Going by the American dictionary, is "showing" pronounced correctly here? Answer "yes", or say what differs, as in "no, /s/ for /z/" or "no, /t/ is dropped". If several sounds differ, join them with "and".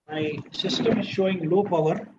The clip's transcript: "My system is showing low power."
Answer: yes